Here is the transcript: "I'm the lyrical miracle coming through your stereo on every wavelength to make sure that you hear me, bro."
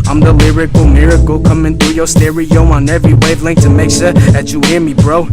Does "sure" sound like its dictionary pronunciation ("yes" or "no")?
no